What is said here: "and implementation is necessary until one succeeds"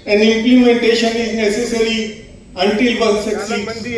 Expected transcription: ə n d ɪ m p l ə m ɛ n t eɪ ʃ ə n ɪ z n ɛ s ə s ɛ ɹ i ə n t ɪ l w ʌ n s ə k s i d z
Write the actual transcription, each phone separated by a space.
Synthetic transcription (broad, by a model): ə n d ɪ m p l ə m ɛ n t eɪ ʃ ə n ɪ z n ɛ s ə s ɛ ɹ i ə n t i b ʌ l s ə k s i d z